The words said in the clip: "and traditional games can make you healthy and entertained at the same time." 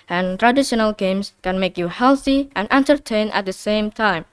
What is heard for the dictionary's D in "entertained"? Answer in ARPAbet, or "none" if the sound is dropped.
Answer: none